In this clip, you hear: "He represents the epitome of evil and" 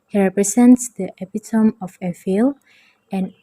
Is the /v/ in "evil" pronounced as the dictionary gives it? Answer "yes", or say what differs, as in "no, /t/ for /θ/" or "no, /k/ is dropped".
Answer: no, /f/ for /v/